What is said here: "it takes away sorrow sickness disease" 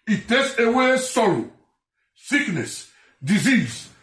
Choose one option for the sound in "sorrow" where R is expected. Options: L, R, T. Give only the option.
L